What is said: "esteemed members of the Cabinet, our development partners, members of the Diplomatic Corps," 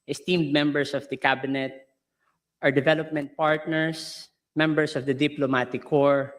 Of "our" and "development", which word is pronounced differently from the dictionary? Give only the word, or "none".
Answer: none